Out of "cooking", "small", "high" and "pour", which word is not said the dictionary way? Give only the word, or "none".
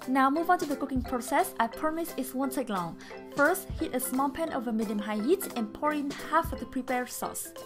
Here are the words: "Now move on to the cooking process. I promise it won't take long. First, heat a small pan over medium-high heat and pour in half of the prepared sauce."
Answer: none